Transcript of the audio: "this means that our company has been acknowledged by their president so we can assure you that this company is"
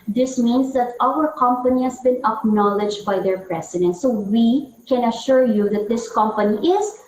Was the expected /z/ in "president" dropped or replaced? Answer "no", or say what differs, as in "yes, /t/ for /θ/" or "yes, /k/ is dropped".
yes, /s/ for /z/